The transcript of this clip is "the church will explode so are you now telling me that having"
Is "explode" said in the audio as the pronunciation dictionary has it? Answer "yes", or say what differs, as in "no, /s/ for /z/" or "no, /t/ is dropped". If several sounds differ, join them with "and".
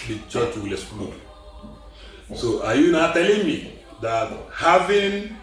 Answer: no, /k/ is dropped